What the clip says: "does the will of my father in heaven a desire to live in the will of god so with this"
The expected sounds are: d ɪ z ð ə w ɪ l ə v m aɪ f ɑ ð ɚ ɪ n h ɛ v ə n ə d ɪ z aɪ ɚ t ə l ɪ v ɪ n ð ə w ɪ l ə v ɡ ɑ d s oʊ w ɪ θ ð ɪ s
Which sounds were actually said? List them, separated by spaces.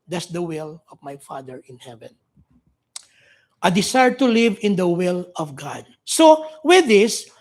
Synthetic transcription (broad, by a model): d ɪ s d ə w ɪ l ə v m aɪ f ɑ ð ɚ ɪ n h ɛ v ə n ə d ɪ s aɪ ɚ t ə l ɪ v ɪ n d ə w ɪ l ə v ɡ ɑ d s oʊ w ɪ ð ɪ s